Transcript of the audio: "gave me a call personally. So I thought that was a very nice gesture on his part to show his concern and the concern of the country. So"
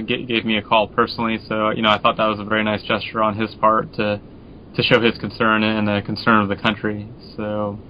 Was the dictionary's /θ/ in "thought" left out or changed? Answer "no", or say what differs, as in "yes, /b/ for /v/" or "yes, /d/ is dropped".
no